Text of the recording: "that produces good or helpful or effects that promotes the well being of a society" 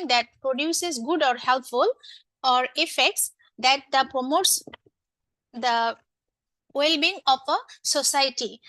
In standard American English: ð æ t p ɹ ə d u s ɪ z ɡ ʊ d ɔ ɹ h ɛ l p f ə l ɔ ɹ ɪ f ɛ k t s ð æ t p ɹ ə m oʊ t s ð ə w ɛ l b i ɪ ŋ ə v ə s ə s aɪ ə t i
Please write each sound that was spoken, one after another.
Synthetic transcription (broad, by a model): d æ t p ɹ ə d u s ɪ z ɡ ʊ d ɔ ɹ h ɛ l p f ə l ɔ ɹ ɪ f ɛ k t s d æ t p ɹ ə m oʊ t s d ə w ɛ l b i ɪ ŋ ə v ə s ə s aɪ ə t i